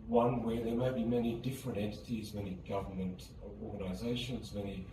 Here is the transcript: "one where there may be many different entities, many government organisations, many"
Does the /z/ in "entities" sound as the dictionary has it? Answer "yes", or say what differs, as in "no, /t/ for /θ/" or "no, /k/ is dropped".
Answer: yes